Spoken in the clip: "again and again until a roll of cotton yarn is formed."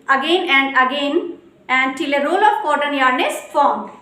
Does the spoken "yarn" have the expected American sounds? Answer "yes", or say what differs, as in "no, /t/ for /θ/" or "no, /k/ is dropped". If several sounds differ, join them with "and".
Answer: yes